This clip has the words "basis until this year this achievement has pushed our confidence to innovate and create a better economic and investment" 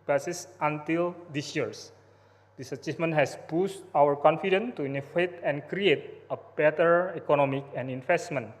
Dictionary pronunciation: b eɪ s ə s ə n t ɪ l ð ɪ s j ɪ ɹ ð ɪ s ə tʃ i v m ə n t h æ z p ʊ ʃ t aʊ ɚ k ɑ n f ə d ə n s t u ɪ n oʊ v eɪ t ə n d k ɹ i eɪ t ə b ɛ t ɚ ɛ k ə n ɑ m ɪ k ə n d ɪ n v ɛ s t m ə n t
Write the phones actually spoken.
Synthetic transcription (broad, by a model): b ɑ s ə s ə n t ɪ l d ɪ s j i ɹ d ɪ s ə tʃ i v m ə n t h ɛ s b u s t aʊ ɚ k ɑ n f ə d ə n t u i n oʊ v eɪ t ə n k ɹ i eɪ t ə b ɛ t ɚ ɛ k ə n ɑ m ɪ k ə n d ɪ n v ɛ s t m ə n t